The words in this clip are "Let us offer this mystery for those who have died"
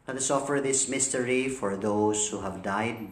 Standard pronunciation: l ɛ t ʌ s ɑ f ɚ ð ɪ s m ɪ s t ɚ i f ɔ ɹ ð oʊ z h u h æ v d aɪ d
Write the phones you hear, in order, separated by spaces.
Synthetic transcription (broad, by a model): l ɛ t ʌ s ɑ f ɚ ð ɪ s m ɪ s t ɚ i f ɔ ɹ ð oʊ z h u h æ v d aɪ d